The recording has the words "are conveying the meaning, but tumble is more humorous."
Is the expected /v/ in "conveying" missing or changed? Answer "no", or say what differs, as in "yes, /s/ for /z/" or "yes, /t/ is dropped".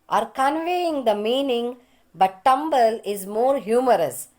no